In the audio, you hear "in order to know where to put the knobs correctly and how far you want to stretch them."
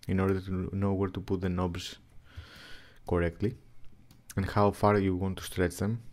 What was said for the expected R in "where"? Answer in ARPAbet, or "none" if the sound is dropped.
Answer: R